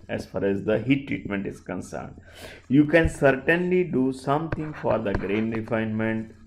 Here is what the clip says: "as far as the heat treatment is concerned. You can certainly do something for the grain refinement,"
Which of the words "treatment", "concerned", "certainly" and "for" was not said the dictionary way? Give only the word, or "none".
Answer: none